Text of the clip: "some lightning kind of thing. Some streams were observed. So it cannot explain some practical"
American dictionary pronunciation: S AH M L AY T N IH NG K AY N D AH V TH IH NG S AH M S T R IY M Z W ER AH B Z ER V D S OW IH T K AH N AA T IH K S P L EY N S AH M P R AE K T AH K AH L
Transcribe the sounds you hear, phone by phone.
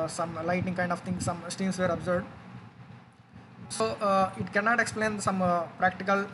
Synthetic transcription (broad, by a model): S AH M L AY T IH NG K AY N D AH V T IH NG S AH M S T IY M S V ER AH B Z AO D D S OW IH T K AH N AA T IH K S P L EY N S AH M P R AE K T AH K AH L